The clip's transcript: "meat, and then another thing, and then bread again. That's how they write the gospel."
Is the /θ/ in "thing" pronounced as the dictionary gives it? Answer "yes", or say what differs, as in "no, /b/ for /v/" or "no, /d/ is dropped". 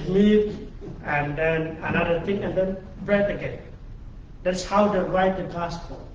no, /t/ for /θ/